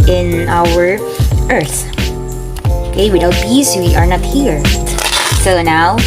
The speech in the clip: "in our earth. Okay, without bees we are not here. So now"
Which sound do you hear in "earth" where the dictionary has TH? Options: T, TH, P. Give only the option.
TH